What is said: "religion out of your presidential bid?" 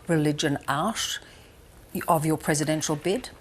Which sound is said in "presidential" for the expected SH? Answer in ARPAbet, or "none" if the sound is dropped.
SH